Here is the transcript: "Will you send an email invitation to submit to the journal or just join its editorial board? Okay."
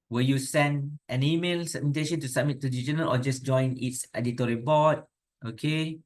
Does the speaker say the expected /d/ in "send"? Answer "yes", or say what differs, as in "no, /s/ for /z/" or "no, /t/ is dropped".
yes